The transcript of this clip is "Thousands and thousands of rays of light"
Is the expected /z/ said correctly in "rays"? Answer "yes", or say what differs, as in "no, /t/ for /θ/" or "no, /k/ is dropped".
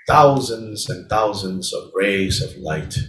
yes